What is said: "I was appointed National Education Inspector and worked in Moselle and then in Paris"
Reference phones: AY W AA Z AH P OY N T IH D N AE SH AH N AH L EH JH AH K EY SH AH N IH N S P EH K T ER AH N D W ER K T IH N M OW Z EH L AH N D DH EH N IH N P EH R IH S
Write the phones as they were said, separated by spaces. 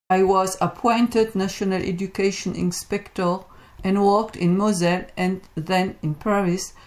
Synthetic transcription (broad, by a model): AY W AA Z AH P OY N T IH D N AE SH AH N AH L EH JH AH K EY SH AH N IH N S P EH K T ER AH N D W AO K T IH N M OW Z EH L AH N DH EH N IH N P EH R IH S